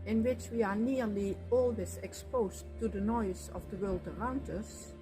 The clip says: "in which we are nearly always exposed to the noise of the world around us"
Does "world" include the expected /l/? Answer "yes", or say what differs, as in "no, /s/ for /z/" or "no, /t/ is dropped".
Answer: yes